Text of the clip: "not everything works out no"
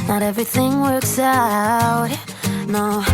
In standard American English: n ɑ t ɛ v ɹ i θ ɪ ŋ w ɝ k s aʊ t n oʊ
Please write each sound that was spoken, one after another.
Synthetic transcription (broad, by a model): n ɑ t ɛ v ɹ i θ ɪ ŋ w ɝ k s aʊ t n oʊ